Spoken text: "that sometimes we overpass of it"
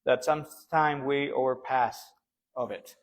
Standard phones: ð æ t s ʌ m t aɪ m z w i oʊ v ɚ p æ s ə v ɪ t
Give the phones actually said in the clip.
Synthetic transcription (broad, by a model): ð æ t s ʌ m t aɪ m w i oʊ v ɚ p æ s ə v ɪ t